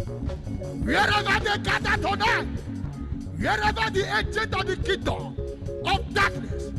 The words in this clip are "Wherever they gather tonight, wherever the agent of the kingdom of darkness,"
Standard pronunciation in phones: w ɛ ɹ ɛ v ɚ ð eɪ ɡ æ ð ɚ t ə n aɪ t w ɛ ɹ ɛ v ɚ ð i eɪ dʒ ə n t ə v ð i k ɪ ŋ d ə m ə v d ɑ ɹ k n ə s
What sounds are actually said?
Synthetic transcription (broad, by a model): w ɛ ɹ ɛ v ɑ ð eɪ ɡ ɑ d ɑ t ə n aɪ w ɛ ɹ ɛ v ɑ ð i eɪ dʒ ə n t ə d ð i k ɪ d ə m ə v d ɑ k n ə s